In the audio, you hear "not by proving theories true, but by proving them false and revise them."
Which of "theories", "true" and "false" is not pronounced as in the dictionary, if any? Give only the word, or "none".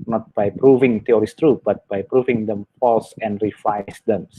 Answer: theories